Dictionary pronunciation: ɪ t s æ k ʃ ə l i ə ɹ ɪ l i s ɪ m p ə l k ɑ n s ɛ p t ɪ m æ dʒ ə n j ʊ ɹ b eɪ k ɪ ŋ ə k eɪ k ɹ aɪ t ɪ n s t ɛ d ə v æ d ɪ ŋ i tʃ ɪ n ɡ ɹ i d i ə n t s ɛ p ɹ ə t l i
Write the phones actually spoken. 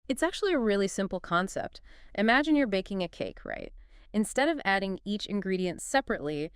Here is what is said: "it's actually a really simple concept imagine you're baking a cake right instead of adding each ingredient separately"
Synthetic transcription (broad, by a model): ɪ t s æ k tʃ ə l i ə ɹ ɪ l i s ɪ m p l k ɑ n s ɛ p t ɪ m æ dʒ ə n j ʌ ɹ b eɪ k ɪ ŋ ə k eɪ k ɹ aɪ t ɪ n s t ɛ d ə v æ d ɪ ŋ i tʃ ɪ n ɡ ɹ i d i ə n t s ɛ p ɹ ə t l i